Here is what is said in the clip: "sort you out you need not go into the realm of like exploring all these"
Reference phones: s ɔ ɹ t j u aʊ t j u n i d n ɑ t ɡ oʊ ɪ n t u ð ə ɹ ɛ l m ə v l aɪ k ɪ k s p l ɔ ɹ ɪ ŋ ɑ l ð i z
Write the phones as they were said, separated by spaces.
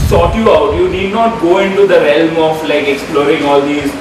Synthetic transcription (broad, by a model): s ɔ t j u aʊ t j u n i d n ɑ t ɡ oʊ ɪ n t u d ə ɹ ɛ l m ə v l aɪ k ɪ k s p l ɔ ɹ ɪ ŋ ɑ l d i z